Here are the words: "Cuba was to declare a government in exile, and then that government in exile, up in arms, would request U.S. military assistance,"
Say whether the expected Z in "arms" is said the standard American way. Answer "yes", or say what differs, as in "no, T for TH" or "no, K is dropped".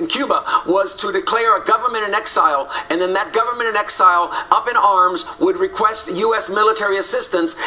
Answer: yes